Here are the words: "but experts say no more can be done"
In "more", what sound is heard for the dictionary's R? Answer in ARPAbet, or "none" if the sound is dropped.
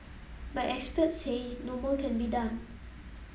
L